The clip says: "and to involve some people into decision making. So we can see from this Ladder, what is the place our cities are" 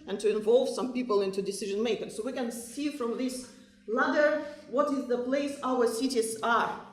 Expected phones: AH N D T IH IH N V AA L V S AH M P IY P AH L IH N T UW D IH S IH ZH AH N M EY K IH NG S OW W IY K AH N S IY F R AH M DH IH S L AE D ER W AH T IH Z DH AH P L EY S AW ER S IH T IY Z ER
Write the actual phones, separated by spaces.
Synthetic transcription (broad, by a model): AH N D T IH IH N V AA L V S AH M P IY P AH L IH N T UW D IH S IH ZH AH N M EY K IH NG S OW W IY K AH N S IY F R AH M DH IH S L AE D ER W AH T IH Z DH AH P L EY S AW ER S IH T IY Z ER